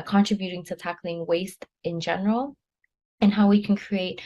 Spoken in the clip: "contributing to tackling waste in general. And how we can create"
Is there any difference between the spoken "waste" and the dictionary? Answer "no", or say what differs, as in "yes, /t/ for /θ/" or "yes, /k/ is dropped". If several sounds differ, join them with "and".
no